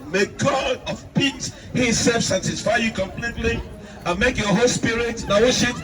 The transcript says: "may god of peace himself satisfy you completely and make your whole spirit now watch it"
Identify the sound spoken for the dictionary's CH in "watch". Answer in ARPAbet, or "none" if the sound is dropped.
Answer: SH